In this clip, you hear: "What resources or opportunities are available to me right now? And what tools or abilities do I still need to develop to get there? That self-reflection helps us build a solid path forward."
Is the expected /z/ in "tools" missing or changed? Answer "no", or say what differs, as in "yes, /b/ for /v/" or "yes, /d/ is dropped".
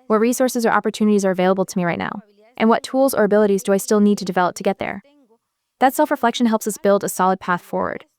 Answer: no